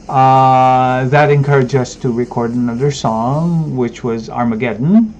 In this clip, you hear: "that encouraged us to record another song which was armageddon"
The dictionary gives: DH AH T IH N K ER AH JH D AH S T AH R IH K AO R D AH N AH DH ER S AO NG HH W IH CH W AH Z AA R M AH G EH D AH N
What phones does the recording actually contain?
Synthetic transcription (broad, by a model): DH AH T IH N K ER AH JH D AH S T AH R IH K AO R D AH N AH DH ER S AO NG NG W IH CH W AH Z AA R M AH G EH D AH N